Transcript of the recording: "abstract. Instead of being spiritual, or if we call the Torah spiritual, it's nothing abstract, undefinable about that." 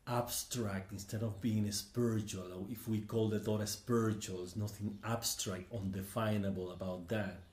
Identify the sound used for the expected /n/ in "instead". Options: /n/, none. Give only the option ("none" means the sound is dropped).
/n/